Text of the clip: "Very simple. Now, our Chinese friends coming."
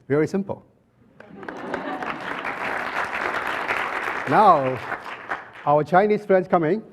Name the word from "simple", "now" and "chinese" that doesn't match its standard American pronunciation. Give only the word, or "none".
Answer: chinese